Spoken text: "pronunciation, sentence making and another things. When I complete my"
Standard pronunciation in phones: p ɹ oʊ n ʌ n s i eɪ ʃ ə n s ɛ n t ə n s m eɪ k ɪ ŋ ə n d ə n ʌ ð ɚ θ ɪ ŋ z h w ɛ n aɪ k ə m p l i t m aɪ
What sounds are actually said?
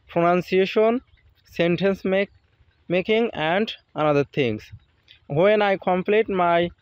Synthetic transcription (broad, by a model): p ɹ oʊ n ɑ n s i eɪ ʃ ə n s ɛ n t ə n s m eɪ k ɪ ŋ ə n d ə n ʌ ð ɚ t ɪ ŋ s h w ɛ n aɪ k ə m p l i t m aɪ